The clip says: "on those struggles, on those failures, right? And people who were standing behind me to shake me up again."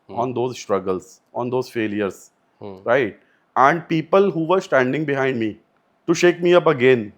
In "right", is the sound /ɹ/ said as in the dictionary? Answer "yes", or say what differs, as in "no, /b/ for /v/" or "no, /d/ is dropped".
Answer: yes